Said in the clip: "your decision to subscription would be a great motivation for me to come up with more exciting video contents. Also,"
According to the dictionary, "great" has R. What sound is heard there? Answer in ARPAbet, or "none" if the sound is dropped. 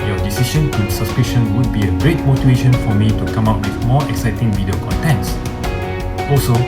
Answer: R